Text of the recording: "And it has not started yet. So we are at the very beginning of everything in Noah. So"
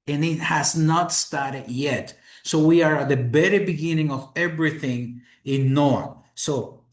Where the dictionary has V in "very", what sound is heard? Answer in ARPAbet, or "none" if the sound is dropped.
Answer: B